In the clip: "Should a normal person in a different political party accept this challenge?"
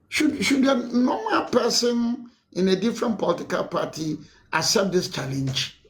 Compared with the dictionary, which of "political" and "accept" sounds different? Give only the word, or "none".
accept